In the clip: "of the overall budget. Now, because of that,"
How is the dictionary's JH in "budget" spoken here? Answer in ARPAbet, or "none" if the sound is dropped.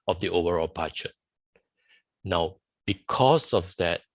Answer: CH